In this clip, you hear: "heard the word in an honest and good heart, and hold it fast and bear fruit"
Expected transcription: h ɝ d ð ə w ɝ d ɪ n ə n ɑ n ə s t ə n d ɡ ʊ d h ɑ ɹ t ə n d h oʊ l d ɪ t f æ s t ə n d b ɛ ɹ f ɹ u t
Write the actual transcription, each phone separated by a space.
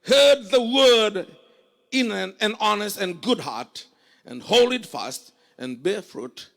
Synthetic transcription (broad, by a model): h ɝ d ð ə w ɝ d ɪ n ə n ɑ n ə s t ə n ɡ ʊ d h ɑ ɹ t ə n h oʊ l ɪ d f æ s t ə n b ɛ ɹ f ɹ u t